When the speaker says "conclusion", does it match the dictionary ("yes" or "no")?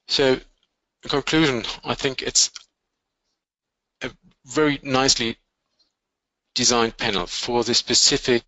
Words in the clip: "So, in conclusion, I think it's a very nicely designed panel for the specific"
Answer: yes